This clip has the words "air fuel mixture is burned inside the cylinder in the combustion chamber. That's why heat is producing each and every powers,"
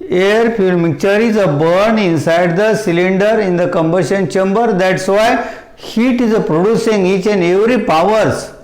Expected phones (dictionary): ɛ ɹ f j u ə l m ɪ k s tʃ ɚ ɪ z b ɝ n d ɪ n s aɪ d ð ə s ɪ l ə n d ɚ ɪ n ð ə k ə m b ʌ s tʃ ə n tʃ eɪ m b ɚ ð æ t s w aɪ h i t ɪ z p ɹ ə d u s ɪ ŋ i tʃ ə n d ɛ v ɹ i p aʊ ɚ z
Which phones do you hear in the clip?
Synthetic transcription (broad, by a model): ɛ ɹ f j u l m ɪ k tʃ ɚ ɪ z b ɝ n ɪ n s aɪ d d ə s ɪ l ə n d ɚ ɪ n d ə k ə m b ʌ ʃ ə n tʃ eɪ m b ɚ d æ t s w aɪ h i t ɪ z p ɹ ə d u s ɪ ŋ i tʃ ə n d ɛ v ɹ i p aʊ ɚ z